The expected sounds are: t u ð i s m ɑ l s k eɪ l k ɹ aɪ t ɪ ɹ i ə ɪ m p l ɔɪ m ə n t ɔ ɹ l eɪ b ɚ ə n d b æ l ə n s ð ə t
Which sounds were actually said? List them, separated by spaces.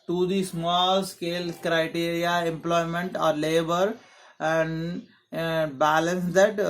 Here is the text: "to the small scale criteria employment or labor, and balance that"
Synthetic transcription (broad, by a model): t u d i s m ɑ l s k eɪ l k ɹ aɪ t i ɹ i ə ɪ m p l ɔɪ m ə n t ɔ ɹ l eɪ b ɚ ə n d b æ l ə n s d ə t